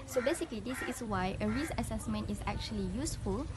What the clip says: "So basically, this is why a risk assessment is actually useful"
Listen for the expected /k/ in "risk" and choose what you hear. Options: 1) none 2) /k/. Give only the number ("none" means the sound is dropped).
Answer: 1